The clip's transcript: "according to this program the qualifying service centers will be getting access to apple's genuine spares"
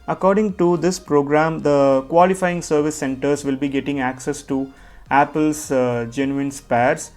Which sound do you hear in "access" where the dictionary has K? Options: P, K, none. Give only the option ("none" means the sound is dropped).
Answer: K